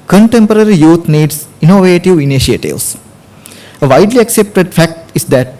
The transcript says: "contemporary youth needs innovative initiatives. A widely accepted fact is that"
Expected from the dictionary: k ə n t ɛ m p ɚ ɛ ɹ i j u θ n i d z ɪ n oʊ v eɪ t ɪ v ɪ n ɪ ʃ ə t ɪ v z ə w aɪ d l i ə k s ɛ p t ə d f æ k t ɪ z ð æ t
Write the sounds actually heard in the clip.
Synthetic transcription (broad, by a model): k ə n t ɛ m p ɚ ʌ ɹ i j u t n i d s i n oʊ v eɪ t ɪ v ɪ n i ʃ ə t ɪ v s ə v aɪ d l i ə k s ɛ p t ə d f æ k t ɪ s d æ t